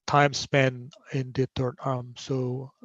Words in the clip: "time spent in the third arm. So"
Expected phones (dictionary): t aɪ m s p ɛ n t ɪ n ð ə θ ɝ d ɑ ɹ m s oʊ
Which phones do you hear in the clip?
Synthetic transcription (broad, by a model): t aɪ m s p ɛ n ɪ n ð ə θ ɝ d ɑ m s oʊ